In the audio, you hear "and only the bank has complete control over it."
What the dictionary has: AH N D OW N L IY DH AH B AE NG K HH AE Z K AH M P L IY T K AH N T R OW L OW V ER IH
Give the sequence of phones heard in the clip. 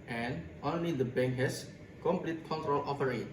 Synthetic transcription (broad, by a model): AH N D OW N L IY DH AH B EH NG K HH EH S K AH M P L IY T K AH N T R OW L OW F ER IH